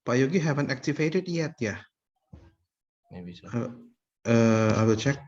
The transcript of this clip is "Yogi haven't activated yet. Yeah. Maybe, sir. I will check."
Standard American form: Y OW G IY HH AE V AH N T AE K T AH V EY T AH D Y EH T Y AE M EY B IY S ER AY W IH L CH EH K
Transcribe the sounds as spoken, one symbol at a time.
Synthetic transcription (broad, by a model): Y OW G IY HH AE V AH N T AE K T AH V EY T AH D Y EH T Y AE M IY IY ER AY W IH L CH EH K